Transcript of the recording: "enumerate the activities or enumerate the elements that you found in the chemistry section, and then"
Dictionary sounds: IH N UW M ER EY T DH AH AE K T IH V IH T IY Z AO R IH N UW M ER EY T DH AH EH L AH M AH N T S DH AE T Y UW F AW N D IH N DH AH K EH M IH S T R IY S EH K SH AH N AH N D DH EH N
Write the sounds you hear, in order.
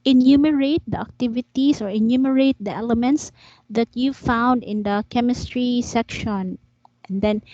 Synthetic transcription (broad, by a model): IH N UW M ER EY T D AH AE K T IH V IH T IY S AO R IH N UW M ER EY T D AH EH L AH M AH N T S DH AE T Y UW F AW N D IH N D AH K EH M IH S T R IY S EH K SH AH N AH N D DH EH N